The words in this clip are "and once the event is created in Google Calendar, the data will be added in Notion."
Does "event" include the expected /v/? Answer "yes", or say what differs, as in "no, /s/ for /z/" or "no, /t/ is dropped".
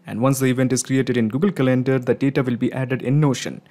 yes